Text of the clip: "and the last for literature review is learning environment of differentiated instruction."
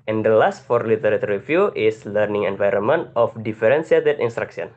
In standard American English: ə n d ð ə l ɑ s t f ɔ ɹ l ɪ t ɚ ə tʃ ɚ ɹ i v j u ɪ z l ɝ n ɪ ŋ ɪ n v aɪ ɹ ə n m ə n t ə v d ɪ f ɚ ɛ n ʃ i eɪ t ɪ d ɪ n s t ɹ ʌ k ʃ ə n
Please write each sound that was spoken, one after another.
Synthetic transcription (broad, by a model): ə n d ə l ɑ s t f ɔ ɹ l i t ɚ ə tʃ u ɹ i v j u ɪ s l ɝ n ɪ ŋ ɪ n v aɪ ɹ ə n m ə n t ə f d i f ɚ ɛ n s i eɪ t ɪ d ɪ n s t ɹ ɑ k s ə n